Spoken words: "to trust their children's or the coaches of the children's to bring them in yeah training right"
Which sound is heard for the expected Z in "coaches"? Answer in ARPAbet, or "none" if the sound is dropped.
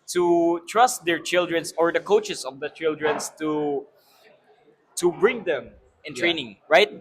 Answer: S